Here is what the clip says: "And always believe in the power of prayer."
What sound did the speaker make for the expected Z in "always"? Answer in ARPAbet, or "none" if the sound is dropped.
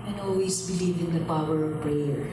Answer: S